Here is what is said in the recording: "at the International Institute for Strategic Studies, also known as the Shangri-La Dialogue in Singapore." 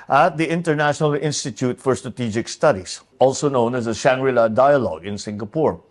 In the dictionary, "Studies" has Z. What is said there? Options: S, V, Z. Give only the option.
S